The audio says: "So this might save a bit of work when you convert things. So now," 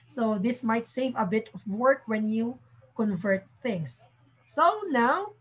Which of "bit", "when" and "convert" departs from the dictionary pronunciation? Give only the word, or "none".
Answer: none